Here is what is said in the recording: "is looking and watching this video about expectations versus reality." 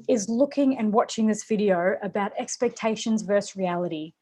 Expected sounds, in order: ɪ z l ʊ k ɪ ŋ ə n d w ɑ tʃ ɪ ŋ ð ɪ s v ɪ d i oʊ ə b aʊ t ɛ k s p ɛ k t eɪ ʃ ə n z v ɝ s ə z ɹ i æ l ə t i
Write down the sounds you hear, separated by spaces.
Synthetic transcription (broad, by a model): ɪ z l ʊ k ɪ ŋ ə n w ɑ tʃ ɪ ŋ ð ɪ s v ɪ d i oʊ ə b aʊ t ɛ k s p ɛ k t eɪ ʃ ə n z v ɝ s ɹ i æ l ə t i